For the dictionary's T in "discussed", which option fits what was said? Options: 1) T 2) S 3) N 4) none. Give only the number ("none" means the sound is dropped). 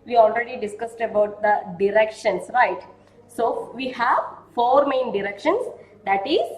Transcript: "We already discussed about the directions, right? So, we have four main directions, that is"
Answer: 1